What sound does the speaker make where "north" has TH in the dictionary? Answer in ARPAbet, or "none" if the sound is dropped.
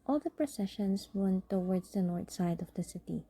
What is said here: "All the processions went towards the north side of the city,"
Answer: T